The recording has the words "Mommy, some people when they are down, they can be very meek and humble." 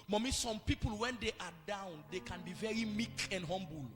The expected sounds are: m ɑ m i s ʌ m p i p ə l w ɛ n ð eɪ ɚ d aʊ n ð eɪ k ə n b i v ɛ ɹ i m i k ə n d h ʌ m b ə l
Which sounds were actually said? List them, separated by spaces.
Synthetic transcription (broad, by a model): m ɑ m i s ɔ m p i p ə l w ɛ n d eɪ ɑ d aʊ n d eɪ k ə n b i v ɛ ɹ i m i k ə n d h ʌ m b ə l